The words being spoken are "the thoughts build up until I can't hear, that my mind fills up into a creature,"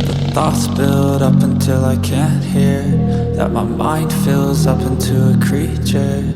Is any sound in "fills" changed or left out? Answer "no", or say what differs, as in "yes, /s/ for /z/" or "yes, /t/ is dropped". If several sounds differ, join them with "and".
no